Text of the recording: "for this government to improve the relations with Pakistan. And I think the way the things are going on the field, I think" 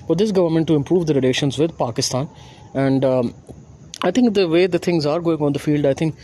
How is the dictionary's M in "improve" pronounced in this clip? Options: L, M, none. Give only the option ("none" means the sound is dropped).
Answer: M